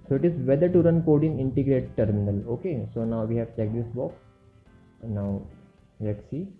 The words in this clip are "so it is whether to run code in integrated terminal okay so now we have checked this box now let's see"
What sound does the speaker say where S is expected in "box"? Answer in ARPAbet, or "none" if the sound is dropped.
none